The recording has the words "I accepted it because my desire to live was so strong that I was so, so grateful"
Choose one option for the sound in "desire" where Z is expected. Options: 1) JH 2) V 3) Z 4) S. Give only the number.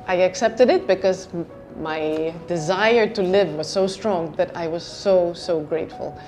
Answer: 3